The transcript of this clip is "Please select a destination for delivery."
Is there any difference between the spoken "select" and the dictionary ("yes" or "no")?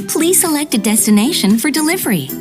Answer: no